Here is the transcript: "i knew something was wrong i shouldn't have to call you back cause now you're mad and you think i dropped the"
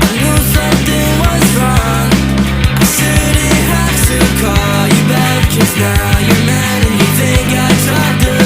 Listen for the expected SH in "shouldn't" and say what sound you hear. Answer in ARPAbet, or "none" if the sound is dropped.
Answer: S